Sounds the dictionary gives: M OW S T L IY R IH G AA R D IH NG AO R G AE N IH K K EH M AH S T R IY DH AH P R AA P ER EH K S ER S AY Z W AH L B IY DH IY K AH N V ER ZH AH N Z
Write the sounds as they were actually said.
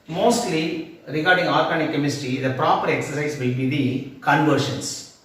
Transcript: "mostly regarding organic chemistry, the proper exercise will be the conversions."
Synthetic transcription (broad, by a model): M OW S T L IY R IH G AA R D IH NG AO R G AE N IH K K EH M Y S T IY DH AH P R AA P ER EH K S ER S AY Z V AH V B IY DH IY K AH N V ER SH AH N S